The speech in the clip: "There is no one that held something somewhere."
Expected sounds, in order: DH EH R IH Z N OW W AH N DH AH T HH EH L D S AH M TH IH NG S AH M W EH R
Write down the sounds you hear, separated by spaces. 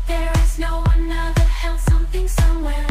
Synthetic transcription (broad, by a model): DH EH R IH Z N OW W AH N DH AH T HH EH L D S AH M TH IH NG S AH M W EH R